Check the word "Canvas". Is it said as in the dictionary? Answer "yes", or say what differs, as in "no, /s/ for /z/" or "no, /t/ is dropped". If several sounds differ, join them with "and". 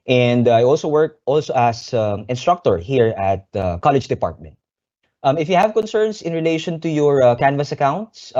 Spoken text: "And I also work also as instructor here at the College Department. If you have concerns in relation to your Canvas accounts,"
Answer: yes